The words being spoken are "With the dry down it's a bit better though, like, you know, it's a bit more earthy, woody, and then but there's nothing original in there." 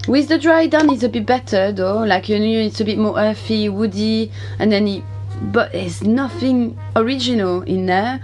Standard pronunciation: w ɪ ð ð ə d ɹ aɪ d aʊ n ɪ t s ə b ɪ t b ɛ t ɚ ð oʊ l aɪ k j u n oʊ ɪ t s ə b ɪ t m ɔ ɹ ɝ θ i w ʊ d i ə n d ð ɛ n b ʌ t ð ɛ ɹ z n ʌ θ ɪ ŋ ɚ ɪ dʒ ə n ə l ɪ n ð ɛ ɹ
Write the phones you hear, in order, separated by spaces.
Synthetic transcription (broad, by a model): w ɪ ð ð ə d ɹ aɪ d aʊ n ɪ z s ə b ɪ t b ɛ t ɚ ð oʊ l aɪ k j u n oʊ ɪ t s ə b ɪ t m ɔ ɹ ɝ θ i w ʊ d i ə n ð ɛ n b ʌ t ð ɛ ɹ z n ʌ θ ɪ ŋ ɚ ɪ dʒ ə n ə l ɪ n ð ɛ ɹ